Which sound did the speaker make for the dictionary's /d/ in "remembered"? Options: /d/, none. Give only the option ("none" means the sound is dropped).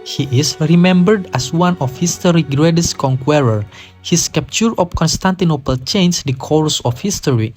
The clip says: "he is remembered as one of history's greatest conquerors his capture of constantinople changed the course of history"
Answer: /d/